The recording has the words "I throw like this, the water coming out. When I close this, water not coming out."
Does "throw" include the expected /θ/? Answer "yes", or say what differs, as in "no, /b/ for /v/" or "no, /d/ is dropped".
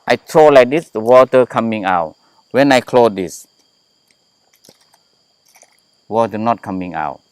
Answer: no, /t/ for /θ/